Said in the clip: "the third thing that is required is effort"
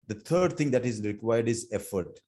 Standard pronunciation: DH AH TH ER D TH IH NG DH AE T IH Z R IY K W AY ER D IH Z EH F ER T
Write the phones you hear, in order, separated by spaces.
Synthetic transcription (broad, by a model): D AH T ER D T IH NG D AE T IH Z R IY K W AY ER D IH Z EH F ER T